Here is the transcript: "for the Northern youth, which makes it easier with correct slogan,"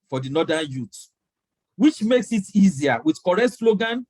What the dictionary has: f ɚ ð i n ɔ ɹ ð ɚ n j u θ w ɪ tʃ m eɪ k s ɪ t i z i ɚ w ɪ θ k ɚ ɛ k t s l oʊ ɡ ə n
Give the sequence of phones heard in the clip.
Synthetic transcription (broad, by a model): f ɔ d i n ɔ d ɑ n j u t w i tʃ m eɪ k s ɪ t i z i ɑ w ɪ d k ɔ ɛ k t s l oʊ ɡ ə n